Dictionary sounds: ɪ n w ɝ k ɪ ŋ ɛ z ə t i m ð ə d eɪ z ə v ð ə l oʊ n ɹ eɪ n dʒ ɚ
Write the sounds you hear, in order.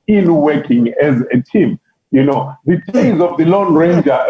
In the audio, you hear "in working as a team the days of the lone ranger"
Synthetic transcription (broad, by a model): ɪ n w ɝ k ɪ ŋ ɛ z ə t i m ð ə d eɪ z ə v ð ə l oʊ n ɹ eɪ n dʒ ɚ